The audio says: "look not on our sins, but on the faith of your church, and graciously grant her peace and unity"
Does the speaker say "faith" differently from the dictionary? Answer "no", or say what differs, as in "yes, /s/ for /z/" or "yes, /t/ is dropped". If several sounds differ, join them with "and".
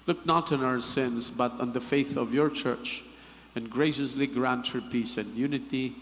no